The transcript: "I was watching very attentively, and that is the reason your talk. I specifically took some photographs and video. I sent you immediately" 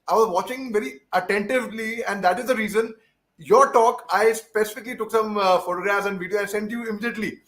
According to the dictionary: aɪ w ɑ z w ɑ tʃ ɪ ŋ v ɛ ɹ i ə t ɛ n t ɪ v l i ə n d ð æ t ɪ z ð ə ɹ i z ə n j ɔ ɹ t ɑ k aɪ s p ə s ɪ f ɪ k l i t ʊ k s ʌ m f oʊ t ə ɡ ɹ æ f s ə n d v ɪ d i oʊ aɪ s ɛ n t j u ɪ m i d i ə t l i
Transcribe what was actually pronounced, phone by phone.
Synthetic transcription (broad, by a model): aɪ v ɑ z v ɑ tʃ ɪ ŋ v ɛ ɹ i ə t ɛ n t ɪ v l i ə n d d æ t ɪ z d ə ɹ i z ə n j ɔ ɹ t ɑ k aɪ s p ə s ɪ f ɪ k l i t ʊ k s ʌ m f oʊ t ə ɡ ɹ æ f s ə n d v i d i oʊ aɪ s ɛ n t j u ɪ m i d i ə t l i